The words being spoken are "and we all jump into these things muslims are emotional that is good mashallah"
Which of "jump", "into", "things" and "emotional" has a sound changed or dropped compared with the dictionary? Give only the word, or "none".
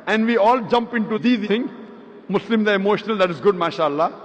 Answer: things